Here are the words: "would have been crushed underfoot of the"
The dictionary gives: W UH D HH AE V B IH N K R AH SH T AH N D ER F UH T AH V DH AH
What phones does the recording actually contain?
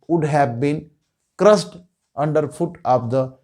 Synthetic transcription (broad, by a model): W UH D HH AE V B IH N K R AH S T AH N D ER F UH T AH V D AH